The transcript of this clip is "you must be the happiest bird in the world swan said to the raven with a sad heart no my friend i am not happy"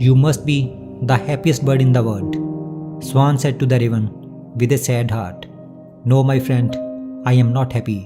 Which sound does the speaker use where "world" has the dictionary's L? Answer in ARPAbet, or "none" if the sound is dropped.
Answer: none